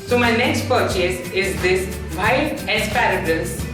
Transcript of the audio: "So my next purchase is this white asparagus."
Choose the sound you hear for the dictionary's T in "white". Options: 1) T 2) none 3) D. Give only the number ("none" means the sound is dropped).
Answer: 2